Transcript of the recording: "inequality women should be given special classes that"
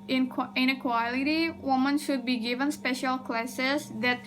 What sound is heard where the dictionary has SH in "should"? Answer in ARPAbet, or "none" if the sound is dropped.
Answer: SH